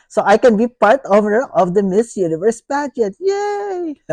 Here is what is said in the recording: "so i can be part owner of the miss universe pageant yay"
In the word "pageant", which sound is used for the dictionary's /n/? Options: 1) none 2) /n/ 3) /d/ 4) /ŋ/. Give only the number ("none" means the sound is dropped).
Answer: 1